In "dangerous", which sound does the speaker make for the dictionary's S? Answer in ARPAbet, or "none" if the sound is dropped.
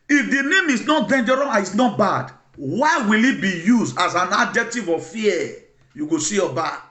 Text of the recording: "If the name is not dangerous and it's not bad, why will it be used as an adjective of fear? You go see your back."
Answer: none